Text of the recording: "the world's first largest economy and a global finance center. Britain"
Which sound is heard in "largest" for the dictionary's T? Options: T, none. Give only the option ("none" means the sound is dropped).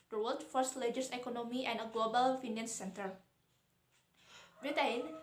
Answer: none